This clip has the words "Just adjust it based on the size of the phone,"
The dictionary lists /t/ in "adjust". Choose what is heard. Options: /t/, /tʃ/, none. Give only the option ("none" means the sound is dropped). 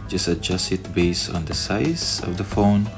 none